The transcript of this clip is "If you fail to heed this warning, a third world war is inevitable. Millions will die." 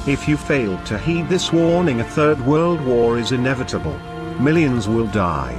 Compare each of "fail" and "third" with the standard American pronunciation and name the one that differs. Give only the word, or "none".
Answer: none